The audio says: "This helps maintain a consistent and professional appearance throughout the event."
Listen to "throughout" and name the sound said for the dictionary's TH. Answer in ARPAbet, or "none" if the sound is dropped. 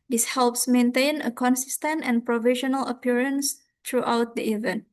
T